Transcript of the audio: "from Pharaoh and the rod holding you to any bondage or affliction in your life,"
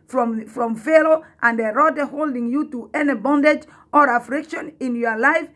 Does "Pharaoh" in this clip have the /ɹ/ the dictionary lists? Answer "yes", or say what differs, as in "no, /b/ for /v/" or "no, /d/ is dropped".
no, /l/ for /ɹ/